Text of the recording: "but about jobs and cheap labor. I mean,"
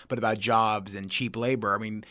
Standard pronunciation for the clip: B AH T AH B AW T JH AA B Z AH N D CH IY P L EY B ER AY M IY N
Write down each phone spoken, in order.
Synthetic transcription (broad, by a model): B AH T AH B AW T JH AA B Z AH N CH IY P L EY B ER AY M IY N